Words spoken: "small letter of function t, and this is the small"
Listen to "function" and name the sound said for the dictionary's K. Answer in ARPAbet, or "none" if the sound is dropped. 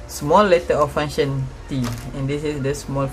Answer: none